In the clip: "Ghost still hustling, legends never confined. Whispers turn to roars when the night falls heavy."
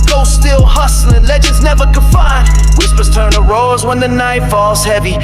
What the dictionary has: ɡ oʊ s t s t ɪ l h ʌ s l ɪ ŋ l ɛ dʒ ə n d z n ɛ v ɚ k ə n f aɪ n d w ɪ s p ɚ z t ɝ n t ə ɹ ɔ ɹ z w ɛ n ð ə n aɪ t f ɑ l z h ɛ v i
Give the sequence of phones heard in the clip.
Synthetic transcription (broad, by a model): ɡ oʊ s s t ɪ l h ʌ s l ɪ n l ɛ dʒ ə n d z n ɛ v ɚ k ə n f aɪ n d w ɪ s p ɚ z t ɝ n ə ɹ ɔ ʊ z w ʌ n ð ə n aɪ t f ɑ l z h ɛ v i